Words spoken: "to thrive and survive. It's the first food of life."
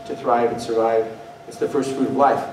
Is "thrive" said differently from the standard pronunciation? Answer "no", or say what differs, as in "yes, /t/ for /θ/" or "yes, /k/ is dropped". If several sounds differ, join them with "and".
no